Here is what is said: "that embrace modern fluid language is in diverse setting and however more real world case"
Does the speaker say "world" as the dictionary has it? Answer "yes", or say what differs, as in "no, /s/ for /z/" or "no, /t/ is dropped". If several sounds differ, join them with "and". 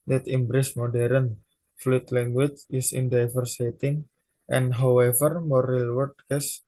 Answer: no, /l/ is dropped